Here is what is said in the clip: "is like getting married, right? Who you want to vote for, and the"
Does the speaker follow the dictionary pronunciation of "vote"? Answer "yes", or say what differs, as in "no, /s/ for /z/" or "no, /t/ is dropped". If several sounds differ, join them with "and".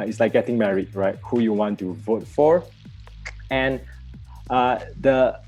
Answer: yes